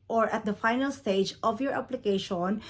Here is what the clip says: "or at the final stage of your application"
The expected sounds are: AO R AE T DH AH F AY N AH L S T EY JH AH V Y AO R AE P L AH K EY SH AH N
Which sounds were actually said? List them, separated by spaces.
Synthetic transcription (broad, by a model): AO R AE T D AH F AY N AH L S T EY JH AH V Y AO R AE P L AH K EY SH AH N